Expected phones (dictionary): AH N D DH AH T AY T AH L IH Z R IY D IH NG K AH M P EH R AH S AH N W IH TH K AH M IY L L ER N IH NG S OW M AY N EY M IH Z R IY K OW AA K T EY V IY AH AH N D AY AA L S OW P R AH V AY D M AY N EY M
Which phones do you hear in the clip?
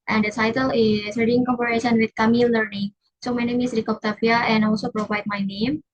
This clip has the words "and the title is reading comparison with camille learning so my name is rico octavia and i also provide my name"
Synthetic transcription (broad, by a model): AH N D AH T AY T AH L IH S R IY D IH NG K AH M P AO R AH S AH N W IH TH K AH M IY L L ER N IH NG S OW M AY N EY M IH S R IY K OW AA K T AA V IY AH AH N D AA L S OW P R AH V AY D M AY N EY M